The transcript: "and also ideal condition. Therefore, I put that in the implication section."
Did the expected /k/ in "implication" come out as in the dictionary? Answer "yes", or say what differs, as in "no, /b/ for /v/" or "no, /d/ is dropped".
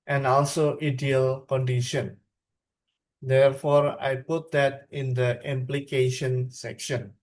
yes